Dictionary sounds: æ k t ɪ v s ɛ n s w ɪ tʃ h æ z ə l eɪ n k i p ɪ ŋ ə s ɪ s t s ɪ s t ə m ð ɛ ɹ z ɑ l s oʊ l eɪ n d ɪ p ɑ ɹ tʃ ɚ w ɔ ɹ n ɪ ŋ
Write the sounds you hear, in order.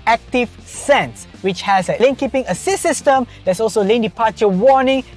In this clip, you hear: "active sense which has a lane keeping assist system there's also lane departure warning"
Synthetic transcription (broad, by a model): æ k t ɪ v s ɛ n s w ɪ tʃ h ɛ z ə l eɪ n k i p ɪ ŋ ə s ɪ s s ɪ s t ə m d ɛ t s ɑ l s oʊ l eɪ n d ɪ p ɑ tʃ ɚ w ɔ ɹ n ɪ ŋ